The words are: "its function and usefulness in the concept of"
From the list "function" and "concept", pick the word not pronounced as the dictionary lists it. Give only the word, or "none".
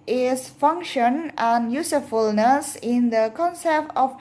none